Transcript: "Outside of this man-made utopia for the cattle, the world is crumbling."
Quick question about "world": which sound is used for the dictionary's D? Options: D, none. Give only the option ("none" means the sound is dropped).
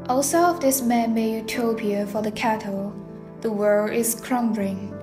none